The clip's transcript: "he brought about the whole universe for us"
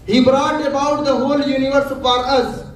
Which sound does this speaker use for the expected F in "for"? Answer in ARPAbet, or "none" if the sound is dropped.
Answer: P